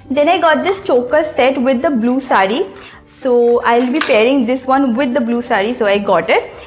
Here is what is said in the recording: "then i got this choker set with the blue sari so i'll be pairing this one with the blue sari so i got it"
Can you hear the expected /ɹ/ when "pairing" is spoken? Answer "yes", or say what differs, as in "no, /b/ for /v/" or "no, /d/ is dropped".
yes